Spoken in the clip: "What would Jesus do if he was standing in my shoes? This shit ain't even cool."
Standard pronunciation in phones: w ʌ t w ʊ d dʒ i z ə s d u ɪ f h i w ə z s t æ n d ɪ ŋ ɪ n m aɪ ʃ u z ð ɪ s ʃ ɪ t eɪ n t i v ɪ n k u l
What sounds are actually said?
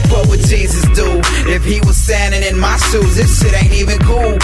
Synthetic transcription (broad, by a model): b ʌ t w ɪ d dʒ i z ə s d u ɪ f h i w ə z s t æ n d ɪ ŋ ɪ n m aɪ s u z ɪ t ʃ ɪ t eɪ n t i v ɪ n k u l